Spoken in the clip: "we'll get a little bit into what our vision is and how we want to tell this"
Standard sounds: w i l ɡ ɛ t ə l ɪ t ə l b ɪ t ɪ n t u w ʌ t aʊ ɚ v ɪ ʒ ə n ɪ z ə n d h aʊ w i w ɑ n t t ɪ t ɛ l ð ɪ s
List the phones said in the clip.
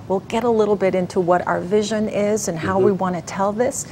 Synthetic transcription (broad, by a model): w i l ɡ ɛ t ə l ɪ t l b ɪ t ɪ n t u w ʌ t aʊ ɚ v ɪ ʒ ə n ɪ z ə n h aʊ w i w ɑ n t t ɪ t ɛ l ð ɪ s